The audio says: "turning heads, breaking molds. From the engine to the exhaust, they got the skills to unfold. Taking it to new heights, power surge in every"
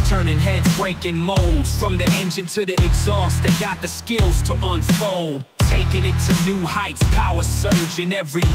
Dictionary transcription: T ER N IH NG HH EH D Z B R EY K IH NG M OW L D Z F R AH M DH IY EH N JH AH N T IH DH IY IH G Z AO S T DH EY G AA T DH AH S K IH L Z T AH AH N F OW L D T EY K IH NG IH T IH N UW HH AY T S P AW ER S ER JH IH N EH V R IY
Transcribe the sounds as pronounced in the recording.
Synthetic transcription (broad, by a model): T ER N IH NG HH EH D B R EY K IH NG M OW L D Z F R AH M DH IY EH N JH AH N T IH DH IY IH G Z AO S T DH EY G AA T DH AH S K IH L Z T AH AH N F OW L D T EY K IH NG IH T IH N UW HH AY T S P AW ER S ER JH IH N EH V R IY